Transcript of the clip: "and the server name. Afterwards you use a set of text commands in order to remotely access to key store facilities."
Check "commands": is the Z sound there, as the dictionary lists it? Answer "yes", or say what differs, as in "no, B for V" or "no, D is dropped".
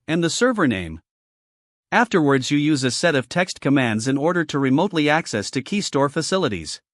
yes